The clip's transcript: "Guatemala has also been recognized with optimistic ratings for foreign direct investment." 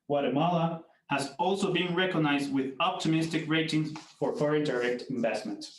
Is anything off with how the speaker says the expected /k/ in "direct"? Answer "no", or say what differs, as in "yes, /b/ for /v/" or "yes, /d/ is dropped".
no